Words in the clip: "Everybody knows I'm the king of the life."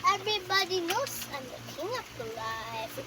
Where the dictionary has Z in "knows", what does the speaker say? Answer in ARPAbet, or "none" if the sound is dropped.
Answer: S